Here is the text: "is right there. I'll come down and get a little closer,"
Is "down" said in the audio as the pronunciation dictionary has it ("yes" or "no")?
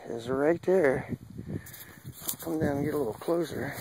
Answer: no